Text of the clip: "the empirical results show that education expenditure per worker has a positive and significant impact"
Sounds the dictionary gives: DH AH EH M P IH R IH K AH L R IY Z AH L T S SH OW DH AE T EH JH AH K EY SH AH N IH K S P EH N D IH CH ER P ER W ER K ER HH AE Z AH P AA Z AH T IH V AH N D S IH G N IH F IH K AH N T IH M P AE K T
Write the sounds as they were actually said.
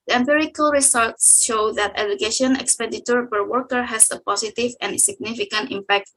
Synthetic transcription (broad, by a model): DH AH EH M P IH R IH K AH L R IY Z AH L T S SH OW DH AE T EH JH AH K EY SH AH N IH K S P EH D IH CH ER P ER W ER K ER HH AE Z AH P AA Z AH T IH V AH N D S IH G N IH F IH K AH N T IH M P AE K T